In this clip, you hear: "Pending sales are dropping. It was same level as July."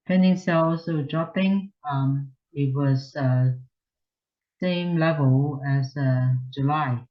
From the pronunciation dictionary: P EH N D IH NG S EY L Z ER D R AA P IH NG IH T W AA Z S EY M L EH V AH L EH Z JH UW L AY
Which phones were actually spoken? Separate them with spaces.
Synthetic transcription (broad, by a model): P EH N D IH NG S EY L S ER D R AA P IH NG IH T W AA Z S EY M L EH V AH L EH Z JH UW L AY